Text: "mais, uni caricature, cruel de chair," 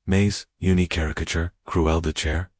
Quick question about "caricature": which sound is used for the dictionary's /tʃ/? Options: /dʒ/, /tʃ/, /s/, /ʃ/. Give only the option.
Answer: /tʃ/